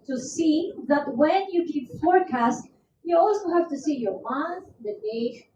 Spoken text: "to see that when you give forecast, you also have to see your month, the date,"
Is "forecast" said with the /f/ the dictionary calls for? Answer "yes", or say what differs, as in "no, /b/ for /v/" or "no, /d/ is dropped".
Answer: yes